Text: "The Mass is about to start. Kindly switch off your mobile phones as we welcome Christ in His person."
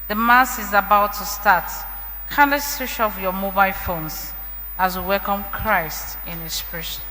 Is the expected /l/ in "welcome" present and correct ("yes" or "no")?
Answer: yes